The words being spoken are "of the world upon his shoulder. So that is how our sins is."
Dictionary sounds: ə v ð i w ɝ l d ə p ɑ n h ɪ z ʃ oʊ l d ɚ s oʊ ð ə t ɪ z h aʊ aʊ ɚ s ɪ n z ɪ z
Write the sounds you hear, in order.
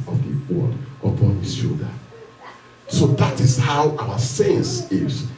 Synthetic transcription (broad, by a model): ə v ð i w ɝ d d ə p ɑ n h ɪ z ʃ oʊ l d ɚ s oʊ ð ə t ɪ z h aʊ aʊ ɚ s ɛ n s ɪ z